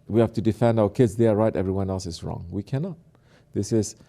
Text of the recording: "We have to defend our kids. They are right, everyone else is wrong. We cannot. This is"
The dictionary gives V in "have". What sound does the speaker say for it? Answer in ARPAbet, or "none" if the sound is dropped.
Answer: F